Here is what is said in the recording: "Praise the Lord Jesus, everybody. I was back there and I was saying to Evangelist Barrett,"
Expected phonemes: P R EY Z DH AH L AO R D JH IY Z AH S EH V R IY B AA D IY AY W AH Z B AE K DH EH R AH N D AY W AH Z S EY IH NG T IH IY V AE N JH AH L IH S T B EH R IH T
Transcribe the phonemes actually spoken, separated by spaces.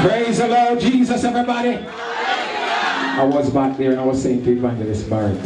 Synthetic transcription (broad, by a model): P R EY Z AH L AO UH JH IY Z AH S EH V R IY B AA D IY AY W AH Z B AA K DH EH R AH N AY W AH Z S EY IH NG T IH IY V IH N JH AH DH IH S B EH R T